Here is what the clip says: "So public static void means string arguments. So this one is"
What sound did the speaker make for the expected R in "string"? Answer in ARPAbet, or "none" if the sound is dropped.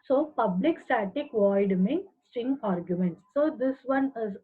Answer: none